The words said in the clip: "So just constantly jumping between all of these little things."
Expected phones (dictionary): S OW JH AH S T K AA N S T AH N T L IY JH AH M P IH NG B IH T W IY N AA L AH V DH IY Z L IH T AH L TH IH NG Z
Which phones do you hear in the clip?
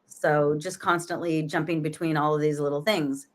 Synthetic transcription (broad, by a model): S OW JH AH S K AA N S T AH N T L IY JH AH M P IH NG B IH T W IY N AA L AH V DH IY Z L IH T L TH IH NG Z